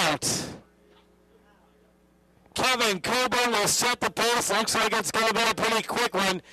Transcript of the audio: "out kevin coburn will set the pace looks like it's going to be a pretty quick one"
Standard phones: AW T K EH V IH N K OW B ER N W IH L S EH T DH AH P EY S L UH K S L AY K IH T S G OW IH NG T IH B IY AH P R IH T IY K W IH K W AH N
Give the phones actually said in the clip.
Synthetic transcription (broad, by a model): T K EH V IH N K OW B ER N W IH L S EH T DH AH P EY S L UH K S L AY K IH T S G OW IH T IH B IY AH P R IH T IY K W IH K W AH N